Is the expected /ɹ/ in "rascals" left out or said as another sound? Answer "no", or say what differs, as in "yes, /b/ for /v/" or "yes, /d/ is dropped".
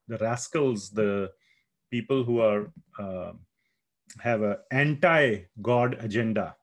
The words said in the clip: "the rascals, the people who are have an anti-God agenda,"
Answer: no